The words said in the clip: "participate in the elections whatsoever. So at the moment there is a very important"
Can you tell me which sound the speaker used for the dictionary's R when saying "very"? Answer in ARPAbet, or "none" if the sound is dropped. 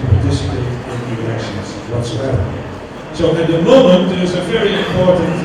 R